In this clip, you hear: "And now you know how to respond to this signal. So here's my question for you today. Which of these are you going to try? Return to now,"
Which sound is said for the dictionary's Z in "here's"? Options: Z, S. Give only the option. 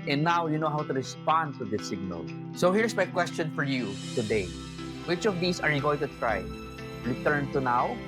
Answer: S